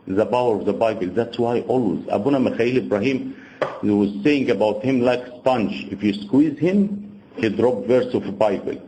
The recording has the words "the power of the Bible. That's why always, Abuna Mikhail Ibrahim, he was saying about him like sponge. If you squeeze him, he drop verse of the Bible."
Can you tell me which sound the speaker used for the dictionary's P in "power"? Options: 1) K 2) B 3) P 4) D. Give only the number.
2